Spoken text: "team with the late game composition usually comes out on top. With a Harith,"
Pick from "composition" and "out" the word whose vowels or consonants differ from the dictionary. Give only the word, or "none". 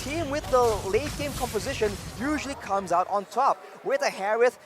none